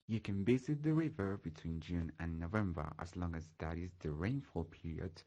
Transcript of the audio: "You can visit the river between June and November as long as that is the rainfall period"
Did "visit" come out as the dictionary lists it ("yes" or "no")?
no